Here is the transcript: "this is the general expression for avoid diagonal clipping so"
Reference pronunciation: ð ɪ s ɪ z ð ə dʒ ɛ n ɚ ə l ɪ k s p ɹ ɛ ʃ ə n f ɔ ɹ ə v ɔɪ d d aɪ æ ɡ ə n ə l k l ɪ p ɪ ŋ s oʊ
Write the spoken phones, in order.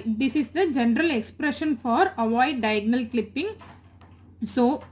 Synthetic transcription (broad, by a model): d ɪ s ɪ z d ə dʒ ɛ n ɚ ə l ɪ k s p ɹ ɛ ʃ ə n f ɔ ɹ ə v ɔɪ d d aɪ ɡ n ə l k l ɪ p ɪ ŋ s oʊ